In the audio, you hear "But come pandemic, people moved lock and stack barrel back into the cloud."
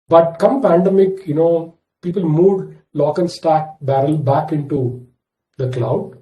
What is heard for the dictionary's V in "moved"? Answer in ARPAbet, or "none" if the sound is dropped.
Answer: none